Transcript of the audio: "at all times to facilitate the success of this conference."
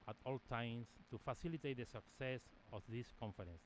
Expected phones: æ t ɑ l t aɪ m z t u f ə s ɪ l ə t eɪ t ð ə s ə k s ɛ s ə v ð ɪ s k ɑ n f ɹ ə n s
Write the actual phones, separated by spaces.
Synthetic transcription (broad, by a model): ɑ t ɑ l t aɪ m s t u f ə s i l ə t eɪ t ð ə s ə k s ɛ s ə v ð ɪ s k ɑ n f ɹ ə n s